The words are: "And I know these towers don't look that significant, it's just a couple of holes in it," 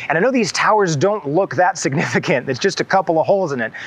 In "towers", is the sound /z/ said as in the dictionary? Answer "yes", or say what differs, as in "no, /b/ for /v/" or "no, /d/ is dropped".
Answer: yes